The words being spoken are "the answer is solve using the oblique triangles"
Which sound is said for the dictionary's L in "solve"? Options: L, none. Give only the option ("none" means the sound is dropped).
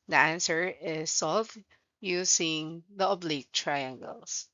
none